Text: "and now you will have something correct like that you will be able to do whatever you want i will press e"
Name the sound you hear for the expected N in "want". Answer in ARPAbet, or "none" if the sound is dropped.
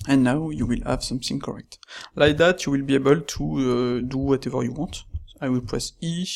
none